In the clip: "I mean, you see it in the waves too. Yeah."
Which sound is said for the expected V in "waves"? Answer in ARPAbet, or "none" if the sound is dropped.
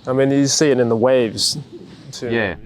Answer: V